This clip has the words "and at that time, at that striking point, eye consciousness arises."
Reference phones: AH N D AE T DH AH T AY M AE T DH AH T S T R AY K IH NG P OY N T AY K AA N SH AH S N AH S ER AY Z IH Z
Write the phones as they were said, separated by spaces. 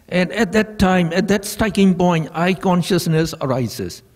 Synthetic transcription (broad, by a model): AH N D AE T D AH T AY M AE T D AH T S T AY K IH NG P OY N T AY K AA N SH AH S N AH S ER AY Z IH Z